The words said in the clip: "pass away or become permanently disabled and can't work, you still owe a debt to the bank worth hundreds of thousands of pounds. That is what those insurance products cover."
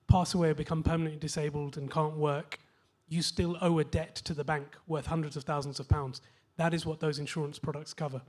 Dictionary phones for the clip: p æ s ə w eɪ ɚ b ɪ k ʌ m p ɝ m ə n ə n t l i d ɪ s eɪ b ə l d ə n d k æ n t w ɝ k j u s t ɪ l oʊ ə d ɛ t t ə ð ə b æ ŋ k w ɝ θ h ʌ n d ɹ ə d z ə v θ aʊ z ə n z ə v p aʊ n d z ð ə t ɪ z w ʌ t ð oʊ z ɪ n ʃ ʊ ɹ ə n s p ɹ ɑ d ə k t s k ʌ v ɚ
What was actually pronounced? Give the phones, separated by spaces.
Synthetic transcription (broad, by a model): p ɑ s ə w eɪ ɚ b ɪ k ʌ m p ɝ m ə n ə n t l i d ɪ s eɪ b ə l d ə n k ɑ n t w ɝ k j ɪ s t ɪ l oʊ ə d ɛ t t ə ð ə b æ ŋ k w ɝ θ h ʌ n d ɹ ə d z ə v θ aʊ z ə n z ə v p aʊ n d z ð ə t ɪ z w ʌ t ð oʊ z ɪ n ʃ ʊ ɹ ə n s p ɹ ɑ d ə k t s k ʌ v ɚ